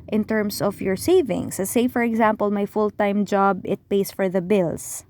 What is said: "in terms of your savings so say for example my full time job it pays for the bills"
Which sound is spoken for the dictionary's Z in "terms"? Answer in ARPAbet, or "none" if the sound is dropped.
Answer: S